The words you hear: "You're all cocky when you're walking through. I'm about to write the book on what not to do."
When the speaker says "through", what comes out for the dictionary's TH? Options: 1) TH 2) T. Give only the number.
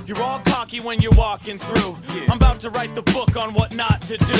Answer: 1